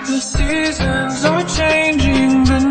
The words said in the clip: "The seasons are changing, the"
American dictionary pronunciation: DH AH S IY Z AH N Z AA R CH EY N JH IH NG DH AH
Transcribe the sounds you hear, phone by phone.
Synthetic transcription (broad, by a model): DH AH S IY Z AH N Z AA W CH EY N JH IH NG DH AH